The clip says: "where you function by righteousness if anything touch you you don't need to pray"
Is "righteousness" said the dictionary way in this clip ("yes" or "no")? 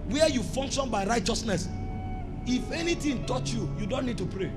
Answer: yes